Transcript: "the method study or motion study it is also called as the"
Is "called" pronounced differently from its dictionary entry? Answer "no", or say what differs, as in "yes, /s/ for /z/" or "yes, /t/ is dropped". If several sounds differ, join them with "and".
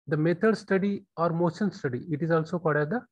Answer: yes, /l/ is dropped